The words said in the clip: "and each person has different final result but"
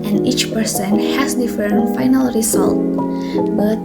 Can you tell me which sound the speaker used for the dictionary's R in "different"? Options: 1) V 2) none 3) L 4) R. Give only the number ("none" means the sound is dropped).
2